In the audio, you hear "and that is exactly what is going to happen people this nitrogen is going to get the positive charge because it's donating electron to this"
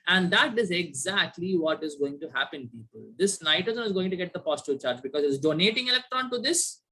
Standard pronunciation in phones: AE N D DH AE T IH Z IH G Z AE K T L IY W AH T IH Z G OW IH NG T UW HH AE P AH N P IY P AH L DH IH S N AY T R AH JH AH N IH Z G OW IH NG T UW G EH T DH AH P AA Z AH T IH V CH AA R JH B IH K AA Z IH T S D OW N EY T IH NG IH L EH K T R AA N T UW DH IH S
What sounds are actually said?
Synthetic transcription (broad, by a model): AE N D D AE T IH Z IH G Z AE K T L IY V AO T IH Z G OW IH NG T UW HH AE P AH N P IY P AH L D IH S N AY T AH Z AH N IH Z G OW IH NG T UW G EH T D AH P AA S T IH CH AA R JH B IH K AA Z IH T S D OW N EY T IH NG IH L EH K T R AA N T UW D IH S